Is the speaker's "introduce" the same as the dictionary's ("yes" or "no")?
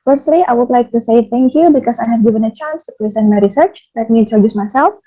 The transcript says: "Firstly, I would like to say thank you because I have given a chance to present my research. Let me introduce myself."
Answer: no